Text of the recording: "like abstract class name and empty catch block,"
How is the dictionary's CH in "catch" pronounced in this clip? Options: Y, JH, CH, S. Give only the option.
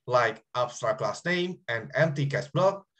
S